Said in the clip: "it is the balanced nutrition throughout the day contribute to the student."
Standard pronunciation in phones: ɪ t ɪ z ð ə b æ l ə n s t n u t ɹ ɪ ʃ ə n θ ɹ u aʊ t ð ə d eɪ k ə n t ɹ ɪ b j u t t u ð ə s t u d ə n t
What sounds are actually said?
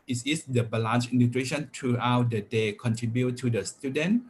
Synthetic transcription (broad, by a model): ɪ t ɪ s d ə b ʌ l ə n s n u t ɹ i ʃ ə n t ɹ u aʊ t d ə d eɪ k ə n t ɹ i b j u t t u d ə s t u d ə n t